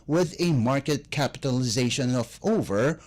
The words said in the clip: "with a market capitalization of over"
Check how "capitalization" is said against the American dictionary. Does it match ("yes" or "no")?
yes